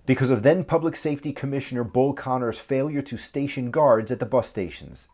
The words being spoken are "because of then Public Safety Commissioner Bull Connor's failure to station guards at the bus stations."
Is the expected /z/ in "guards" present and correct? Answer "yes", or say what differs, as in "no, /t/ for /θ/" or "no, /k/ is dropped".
yes